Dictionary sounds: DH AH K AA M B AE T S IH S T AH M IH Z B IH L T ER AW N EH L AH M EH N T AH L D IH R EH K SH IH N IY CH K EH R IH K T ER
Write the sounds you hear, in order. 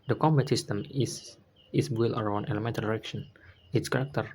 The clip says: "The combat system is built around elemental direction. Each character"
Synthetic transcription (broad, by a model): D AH K AA M B AE T S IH S T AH M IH S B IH L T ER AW N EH L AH M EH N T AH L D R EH K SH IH N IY S K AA R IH K T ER